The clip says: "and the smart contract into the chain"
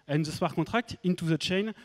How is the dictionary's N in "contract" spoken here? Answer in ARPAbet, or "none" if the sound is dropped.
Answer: none